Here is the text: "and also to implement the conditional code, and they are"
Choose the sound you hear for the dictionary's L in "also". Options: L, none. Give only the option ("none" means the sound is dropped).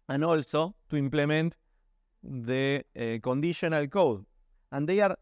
L